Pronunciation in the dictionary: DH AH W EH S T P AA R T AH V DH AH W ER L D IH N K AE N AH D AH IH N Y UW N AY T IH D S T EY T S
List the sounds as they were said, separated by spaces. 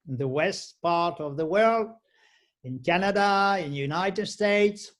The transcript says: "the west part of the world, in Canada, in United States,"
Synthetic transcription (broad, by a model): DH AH W EH S T P AA R T AH V DH AH W ER L D IH N K AE N AH D AH IH N Y UW N AY T IH D S T EY T S